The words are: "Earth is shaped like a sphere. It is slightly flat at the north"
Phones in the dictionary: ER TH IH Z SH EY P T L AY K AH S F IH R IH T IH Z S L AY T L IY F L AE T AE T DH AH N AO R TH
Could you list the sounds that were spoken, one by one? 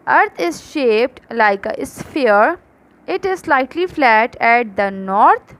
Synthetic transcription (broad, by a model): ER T IH Z SH EY P T L AY K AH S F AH R IH T IH Z S L AY T L IY F L AE T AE T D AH N AO R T